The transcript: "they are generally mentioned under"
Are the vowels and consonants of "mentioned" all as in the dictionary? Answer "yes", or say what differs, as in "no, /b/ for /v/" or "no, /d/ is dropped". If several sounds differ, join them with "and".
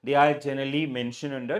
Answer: no, /d/ is dropped